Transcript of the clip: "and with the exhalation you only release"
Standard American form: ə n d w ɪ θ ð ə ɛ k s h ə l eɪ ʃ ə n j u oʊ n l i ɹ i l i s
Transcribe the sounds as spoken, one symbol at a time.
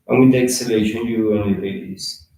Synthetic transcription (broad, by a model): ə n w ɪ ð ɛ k s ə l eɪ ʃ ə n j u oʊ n i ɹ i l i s